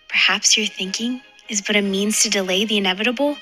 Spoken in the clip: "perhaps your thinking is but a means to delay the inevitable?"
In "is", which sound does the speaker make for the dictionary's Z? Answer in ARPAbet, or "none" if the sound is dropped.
Z